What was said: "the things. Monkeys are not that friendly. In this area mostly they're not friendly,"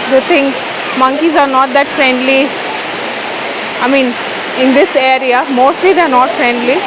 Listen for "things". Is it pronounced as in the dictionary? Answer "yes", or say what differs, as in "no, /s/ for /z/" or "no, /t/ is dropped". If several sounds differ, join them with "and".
no, /t/ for /θ/